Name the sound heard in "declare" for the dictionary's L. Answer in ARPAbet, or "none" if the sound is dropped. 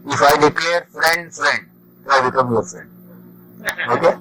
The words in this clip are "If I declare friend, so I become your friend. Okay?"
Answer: L